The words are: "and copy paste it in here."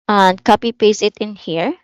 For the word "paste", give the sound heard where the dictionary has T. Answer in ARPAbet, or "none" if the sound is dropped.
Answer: none